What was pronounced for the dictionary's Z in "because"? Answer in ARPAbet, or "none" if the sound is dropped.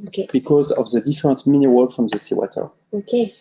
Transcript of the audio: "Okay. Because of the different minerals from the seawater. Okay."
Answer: Z